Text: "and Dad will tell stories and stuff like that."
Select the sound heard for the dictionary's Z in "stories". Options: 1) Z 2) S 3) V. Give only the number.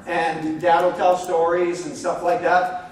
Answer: 1